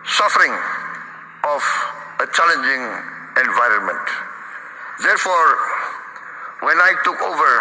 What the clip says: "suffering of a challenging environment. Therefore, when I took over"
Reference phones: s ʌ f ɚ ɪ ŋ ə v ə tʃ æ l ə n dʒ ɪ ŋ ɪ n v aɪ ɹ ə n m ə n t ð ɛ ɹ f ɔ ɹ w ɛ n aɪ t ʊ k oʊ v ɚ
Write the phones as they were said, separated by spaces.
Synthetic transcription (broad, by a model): s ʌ f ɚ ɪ ŋ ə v ə tʃ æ l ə n dʒ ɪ ŋ ɪ n v aɪ ɹ ə n m ə n t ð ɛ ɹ f ɔ ɹ w ɛ n aɪ t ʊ k oʊ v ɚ